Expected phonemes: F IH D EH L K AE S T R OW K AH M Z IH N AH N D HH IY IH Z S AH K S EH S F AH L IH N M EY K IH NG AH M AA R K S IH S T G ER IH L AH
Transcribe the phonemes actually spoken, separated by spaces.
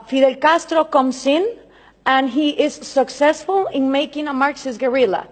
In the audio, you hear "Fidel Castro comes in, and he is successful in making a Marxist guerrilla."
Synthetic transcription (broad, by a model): F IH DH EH L K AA S T R OW K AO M S IH N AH N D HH IY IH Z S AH K S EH S F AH L IH N M EY K IH NG AH M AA R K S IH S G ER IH L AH